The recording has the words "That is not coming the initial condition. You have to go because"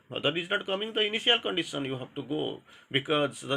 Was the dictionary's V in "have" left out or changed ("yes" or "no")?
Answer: yes